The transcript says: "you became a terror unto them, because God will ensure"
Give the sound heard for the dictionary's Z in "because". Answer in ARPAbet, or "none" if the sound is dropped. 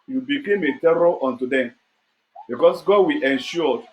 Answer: S